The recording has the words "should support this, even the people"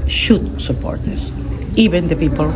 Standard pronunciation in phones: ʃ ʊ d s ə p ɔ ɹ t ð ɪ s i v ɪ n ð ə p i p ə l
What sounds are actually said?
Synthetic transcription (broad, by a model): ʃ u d s ə p ɔ ɹ t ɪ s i b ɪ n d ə p i p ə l